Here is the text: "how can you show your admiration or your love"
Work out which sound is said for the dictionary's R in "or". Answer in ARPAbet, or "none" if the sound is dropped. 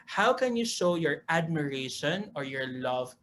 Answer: R